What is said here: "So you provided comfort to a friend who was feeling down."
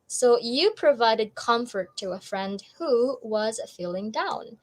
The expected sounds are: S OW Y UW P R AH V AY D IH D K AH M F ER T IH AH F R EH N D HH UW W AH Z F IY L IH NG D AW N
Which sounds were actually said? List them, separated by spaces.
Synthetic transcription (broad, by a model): S OW Y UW P R AH V AY D IH D K AH M F ER T IH AH F R EH N D HH UW W AH Z F IY L IH NG D AW N